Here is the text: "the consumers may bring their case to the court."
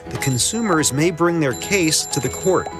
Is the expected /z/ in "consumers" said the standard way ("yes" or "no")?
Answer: yes